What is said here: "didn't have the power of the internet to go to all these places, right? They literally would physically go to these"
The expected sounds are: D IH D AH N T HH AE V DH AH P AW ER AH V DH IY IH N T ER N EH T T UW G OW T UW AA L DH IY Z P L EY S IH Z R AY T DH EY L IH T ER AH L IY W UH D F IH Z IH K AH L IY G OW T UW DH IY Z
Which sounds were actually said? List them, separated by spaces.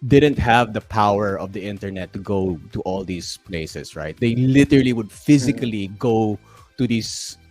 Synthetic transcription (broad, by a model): D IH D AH N T HH AE V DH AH P AW ER AH V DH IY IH N T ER N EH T T UW G OW T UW AA L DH IY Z P L EY S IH S R AY T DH EY L IH T ER AH L IY W UH D F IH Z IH K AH L IY G OW T UW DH IY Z